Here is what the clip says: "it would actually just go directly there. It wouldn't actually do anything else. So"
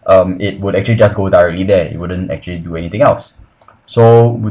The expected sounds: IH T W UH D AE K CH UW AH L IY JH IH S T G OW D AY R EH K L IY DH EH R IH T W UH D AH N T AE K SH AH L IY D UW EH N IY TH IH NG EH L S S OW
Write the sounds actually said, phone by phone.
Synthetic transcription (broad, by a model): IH T W UH D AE K CH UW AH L IY JH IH S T G OW D AY R EH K L IY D EH IH T W UH D AH N T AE K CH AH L IY D UW EH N IY T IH NG EH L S S OW